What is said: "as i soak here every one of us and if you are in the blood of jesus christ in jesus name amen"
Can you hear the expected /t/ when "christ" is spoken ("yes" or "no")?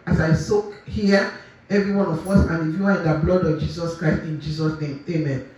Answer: yes